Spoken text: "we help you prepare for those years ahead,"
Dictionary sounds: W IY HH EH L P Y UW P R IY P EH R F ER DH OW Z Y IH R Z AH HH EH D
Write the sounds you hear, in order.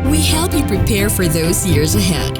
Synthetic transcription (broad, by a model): W IY HH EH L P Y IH P R IY P EH R F ER DH OW Z Y IH R Z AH HH EH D